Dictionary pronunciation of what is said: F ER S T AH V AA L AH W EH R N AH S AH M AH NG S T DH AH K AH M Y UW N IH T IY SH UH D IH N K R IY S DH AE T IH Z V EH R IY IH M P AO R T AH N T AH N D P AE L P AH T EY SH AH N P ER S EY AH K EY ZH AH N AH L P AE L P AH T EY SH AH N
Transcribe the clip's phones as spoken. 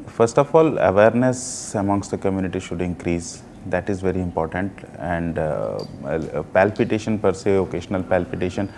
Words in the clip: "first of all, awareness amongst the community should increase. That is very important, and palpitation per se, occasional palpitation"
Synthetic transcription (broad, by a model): F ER S T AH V AA L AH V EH R N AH S AH M AH NG S T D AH K AH M Y UW N IH T IY SH UH D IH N K R IY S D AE T IH Z V EH R IY IH M P AO R T AH N T AH N D P AE L P AH T EY SH AH N P ER S EY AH K EY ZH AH N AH L P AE L P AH T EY SH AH N